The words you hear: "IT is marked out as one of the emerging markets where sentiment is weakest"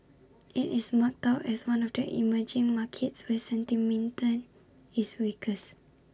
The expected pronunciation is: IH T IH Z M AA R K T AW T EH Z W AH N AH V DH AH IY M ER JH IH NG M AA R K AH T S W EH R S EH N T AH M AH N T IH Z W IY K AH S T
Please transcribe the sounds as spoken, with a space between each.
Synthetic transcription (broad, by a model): IH T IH S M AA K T AW T EH S W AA N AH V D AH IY M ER JH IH NG M AA K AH T S W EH S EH N T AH M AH N T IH S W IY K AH S